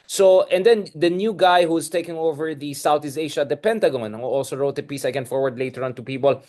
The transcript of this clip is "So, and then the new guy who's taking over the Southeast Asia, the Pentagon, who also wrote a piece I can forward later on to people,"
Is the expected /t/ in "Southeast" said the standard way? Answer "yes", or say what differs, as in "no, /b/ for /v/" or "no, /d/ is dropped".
no, /t/ is dropped